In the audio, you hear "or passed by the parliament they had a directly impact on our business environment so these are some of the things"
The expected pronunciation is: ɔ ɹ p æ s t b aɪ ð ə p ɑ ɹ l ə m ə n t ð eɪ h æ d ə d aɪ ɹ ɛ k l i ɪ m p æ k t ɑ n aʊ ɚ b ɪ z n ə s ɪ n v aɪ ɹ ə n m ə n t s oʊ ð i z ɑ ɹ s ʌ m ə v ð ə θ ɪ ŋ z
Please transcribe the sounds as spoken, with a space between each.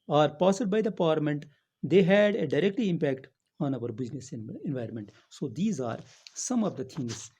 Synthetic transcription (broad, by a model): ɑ ɹ p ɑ s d b aɪ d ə p ɑ ɹ l ə m ə n t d eɪ h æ d ə d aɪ ɹ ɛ k l i ɪ m p æ k t ɑ n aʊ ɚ b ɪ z n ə s ɪ n v aɪ ɹ ə n m ə n t s oʊ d i z ɑ ɹ s ʌ m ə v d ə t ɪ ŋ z